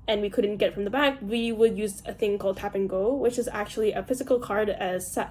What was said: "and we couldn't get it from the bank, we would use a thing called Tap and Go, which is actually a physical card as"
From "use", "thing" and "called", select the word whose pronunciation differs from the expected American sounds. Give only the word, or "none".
none